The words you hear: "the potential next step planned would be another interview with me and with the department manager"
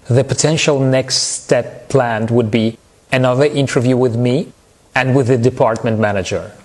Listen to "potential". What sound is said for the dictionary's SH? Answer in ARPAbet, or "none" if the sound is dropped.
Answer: SH